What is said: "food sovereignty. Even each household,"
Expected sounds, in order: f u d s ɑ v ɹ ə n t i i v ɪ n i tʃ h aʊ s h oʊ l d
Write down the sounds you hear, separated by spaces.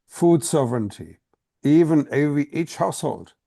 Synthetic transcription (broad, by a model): f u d s ɑ v ɹ ə n t i i v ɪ n i tʃ h aʊ s h oʊ l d